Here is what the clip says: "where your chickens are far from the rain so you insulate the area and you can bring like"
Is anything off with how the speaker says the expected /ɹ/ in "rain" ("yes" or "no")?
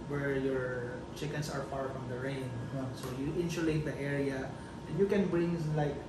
no